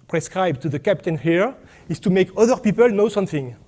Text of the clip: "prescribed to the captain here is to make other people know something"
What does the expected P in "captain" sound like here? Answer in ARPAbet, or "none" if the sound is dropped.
P